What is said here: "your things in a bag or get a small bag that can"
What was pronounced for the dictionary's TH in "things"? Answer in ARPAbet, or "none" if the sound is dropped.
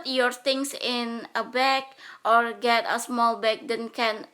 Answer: T